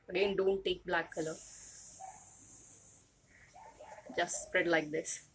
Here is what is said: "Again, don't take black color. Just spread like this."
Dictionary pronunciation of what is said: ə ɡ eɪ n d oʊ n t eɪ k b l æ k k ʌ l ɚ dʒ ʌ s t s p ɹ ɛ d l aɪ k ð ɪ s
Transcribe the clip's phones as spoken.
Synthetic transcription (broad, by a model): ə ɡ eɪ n d oʊ n t eɪ k b l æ k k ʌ l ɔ dʒ ʌ s t s p ɹ ɛ d l aɪ k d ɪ s